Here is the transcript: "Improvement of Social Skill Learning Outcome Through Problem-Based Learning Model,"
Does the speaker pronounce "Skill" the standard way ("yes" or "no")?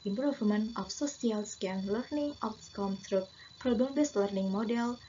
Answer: no